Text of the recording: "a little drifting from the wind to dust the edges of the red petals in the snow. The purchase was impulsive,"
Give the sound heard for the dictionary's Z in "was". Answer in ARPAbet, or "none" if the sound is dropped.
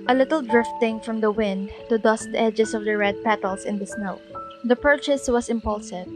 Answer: S